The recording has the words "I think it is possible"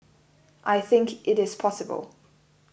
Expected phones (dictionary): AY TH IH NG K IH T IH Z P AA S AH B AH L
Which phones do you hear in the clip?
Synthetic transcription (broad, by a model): AY TH IH NG K IH T IH Z P AA S AH B AH L